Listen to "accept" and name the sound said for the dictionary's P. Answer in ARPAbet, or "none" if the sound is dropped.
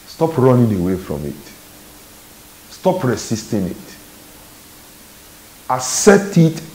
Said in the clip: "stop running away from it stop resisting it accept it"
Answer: none